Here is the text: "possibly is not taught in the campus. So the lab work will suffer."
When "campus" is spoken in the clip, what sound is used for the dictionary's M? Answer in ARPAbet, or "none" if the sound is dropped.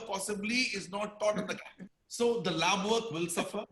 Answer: none